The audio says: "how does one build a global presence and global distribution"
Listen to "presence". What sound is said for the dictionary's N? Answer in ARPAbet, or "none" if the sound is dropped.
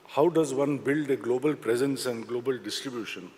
N